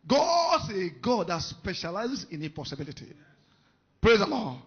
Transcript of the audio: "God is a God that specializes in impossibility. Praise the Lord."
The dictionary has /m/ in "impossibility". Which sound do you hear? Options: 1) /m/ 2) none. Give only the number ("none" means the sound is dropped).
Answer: 2